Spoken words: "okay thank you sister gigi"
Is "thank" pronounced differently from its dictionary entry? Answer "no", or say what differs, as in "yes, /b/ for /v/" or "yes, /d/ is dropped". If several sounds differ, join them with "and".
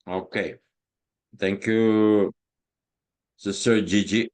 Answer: yes, /t/ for /θ/